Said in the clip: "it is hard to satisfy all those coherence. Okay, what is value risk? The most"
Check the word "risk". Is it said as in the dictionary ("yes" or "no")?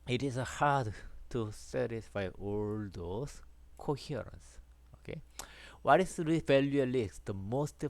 no